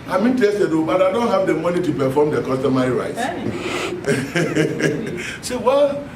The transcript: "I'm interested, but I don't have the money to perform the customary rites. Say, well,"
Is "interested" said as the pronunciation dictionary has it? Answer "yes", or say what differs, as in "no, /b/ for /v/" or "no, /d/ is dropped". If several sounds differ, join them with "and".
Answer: no, /ɹ/ is dropped